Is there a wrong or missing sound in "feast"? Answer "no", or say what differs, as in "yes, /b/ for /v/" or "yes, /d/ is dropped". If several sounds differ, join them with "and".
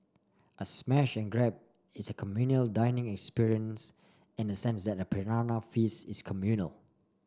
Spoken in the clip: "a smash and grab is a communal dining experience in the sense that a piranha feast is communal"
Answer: yes, /t/ is dropped